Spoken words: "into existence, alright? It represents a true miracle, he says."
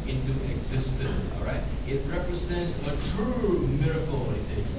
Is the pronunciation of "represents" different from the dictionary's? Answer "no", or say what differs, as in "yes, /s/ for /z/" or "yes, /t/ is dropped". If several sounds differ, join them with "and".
no